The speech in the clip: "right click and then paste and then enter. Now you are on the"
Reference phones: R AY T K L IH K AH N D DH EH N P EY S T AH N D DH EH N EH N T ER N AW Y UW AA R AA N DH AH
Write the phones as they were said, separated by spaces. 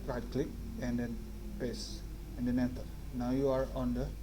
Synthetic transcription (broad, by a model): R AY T K L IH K AH N D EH N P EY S AH N D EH N EH N T ER N AW Y UW AA R AA N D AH